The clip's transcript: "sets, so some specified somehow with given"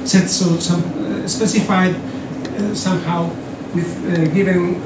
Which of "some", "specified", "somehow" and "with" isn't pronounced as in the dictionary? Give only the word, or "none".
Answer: none